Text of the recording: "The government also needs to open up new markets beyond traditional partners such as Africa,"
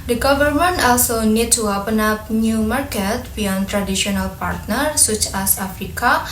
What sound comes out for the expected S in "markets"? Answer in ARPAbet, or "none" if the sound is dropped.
none